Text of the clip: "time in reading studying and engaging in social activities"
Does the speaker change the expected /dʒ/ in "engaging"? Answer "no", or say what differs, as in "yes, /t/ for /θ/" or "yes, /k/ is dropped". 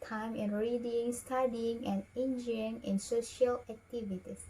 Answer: yes, /dʒ/ is dropped